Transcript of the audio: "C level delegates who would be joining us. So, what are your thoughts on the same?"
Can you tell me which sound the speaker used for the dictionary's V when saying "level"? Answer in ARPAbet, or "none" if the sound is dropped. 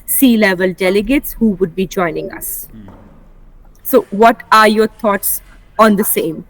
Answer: V